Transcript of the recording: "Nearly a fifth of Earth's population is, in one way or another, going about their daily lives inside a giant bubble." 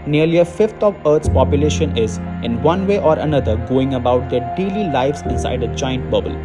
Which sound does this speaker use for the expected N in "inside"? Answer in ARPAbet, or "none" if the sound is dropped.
none